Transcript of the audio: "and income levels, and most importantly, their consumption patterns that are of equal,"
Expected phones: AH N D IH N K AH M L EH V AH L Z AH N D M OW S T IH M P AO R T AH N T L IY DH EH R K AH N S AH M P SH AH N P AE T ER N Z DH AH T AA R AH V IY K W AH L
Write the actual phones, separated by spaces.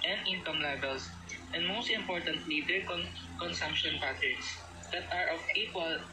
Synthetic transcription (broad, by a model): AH N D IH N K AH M L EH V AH L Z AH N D M OW S T IH M P AO R T AH N T L IY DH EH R K AH N S AH M P SH AH N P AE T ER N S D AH T AA R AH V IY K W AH L